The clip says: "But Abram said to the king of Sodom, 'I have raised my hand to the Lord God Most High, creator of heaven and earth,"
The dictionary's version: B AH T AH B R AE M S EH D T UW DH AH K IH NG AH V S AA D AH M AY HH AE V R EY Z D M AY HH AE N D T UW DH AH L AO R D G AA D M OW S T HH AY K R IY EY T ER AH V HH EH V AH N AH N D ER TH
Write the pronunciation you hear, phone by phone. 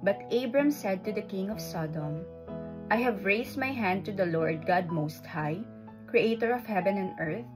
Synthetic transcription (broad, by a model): B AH T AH B R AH M S EH D T UW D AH K IH NG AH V S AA D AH M AY HH AE V R EY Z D M AY HH AE N D T UW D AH L AO R D G AA D M OW S T HH AY K R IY EY T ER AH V HH EH V AH N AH N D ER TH